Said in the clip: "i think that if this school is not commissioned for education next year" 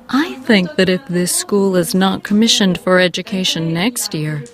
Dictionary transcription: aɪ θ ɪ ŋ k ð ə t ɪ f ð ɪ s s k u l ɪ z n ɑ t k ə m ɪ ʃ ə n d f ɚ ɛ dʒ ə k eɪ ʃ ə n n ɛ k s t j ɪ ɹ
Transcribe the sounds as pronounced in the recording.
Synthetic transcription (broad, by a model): aɪ θ ɪ ŋ k ð ə t ɪ f ð ɪ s s k u l ɪ z n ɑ t k ə m ɪ ʃ ə n d f ɚ ɛ dʒ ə k eɪ ʃ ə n n ɛ k s t j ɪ ɹ